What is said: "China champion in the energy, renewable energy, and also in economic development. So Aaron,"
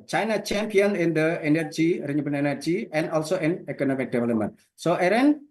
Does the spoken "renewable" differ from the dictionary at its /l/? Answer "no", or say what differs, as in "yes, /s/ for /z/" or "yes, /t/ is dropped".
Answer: yes, /n/ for /l/